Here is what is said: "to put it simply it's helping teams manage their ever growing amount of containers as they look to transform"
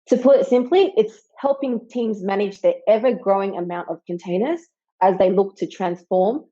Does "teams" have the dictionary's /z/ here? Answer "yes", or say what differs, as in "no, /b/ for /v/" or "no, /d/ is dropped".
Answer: yes